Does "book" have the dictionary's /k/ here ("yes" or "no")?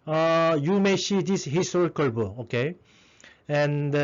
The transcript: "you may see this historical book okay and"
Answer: no